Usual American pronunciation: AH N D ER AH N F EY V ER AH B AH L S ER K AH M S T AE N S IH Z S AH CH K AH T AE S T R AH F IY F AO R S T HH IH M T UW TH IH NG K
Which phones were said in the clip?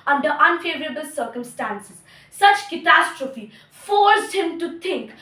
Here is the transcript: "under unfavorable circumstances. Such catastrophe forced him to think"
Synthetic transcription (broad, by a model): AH N D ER AH N F EY V ER AH B AH L S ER K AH M S T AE N S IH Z S AH CH K AH T AE S T R AH F IY F AO R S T HH IH M T UW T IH NG K